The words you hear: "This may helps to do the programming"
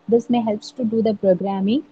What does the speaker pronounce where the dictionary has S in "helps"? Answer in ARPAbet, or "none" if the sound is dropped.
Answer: S